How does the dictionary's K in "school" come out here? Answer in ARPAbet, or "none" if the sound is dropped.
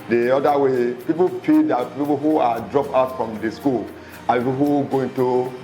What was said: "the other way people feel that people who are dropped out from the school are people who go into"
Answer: K